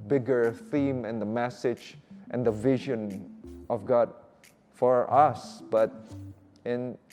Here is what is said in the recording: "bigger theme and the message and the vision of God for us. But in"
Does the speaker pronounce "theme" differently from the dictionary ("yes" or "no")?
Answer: no